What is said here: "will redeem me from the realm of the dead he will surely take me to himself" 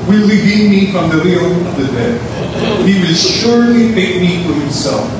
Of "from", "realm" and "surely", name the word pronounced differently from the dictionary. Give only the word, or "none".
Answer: realm